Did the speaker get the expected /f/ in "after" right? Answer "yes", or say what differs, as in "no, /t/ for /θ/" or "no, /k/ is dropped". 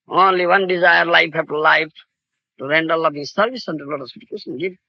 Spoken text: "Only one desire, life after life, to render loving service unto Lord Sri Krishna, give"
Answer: no, /f/ is dropped